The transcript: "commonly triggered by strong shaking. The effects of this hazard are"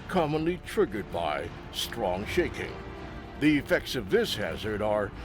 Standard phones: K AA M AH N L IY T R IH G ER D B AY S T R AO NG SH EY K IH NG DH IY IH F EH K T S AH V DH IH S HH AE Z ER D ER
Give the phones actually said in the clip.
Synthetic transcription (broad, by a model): K AA M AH N L IY T R IH G ER D B AY S T R AO NG SH EY K IH NG DH IY IH F EH K T S AH V DH IH S HH AE Z ER D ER